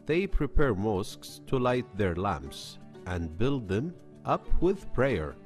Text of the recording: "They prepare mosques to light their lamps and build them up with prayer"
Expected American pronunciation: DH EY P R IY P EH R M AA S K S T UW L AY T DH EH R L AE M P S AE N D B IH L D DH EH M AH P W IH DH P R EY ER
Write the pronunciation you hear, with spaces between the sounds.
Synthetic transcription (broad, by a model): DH EY P R IY P EH R M AA S K S T UW L AY T DH EH R L AE M P S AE N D B IH L D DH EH M AH P W IH DH P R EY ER